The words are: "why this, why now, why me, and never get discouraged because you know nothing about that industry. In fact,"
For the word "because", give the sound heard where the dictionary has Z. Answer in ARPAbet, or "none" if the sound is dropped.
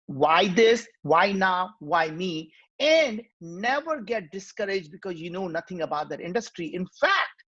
Z